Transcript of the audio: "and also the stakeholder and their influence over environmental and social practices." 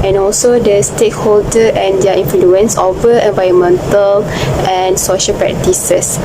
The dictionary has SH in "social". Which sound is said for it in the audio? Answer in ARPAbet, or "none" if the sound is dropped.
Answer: SH